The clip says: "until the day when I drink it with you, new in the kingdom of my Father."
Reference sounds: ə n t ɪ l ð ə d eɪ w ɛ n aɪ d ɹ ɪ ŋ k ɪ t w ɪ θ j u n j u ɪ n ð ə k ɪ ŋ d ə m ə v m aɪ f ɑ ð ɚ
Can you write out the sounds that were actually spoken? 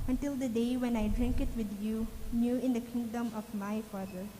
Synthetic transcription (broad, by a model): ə n t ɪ l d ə d eɪ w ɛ n aɪ d ɹ ɪ ŋ k ɪ t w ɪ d j u n j u ɪ n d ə k ɪ ŋ d ə m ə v m aɪ f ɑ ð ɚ